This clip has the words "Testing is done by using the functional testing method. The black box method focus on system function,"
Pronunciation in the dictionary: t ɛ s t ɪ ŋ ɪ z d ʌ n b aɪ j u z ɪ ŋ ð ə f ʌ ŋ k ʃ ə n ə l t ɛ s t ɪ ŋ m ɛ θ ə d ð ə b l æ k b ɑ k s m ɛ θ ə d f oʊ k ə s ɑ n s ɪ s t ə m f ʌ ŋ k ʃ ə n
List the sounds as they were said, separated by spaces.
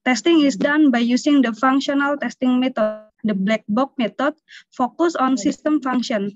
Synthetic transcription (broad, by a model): t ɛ s t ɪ ŋ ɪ s d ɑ n b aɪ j u s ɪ ŋ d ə f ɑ ŋ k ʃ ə n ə l t ɛ s t ɪ ŋ m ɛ t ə d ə b l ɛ k b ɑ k m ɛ t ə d f oʊ k ə s ɑ n s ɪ s t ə m f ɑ ŋ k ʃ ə n